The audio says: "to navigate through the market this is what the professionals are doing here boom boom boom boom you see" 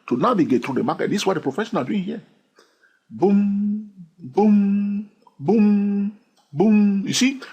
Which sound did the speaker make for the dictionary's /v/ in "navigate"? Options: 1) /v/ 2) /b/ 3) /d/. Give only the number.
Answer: 2